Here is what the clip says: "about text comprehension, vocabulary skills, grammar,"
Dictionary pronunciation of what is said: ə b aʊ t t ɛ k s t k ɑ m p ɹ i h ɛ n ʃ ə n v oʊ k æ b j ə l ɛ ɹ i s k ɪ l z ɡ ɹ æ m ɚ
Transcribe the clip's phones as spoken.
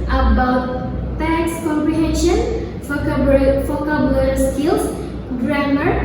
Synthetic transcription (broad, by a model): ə b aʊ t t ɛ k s k ɑ m p ɹ i h ɛ n ʃ ə n f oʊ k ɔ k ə l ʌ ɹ s k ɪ l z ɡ ɹ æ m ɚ